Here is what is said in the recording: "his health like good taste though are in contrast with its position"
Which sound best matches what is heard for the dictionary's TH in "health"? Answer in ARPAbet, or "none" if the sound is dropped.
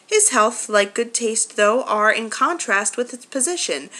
TH